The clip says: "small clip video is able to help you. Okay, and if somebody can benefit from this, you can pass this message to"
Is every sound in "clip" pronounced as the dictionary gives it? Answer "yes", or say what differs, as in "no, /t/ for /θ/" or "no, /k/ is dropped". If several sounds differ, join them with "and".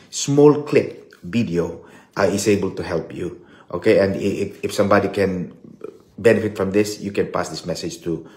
yes